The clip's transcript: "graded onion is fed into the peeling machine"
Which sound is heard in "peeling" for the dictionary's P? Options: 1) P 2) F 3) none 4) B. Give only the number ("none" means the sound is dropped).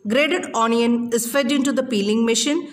1